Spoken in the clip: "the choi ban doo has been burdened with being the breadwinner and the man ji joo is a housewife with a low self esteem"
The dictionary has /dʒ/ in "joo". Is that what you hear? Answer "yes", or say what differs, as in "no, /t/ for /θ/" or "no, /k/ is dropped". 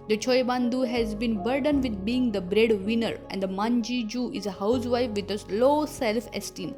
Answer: yes